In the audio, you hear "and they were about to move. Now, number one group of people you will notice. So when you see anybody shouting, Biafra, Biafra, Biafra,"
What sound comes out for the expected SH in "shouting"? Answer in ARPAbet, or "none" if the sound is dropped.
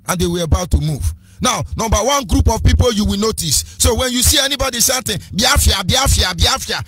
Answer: S